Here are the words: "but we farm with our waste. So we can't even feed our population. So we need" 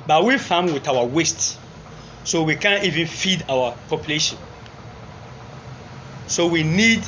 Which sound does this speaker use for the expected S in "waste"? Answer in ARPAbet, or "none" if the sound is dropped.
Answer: S